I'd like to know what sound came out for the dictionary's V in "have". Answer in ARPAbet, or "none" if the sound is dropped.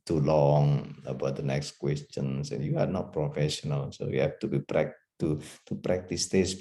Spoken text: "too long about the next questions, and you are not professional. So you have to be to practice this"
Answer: P